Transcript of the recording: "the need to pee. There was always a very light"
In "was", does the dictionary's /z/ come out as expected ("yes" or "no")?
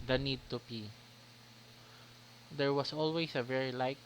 no